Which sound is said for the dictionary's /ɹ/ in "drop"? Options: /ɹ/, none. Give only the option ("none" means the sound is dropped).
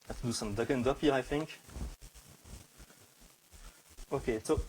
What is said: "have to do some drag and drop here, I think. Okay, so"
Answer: none